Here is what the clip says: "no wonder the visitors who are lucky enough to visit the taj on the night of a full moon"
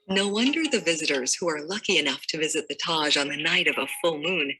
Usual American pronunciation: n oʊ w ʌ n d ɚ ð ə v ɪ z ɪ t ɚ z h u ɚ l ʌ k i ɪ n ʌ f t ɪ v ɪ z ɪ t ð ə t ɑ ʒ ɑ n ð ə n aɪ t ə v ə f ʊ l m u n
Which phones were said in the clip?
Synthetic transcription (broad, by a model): n oʊ w ʌ n d ɚ ð ə v ɪ z ɪ t ɚ z h u ɚ l ʌ k i ɪ n ʌ f t ɪ v ɪ z ɪ t ð ə t ɑ ʒ n ð ə n aɪ t ə v ə f ʊ l m u n